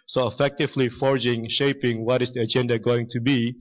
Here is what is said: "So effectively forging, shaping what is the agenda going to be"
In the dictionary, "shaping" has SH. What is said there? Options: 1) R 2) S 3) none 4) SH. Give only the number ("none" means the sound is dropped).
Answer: 4